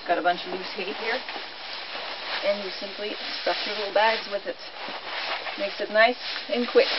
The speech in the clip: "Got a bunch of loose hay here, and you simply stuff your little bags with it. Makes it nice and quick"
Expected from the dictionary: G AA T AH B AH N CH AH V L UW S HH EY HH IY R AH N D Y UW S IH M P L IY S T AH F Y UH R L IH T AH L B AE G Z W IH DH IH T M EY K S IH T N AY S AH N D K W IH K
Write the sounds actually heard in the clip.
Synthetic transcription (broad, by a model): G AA T AH B AH N CH AH V N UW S HH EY HH IY R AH N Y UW S IH M P L IY S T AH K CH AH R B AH L B AE G Z W IH DH IH T M EY K S IH T N AY S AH N K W IH K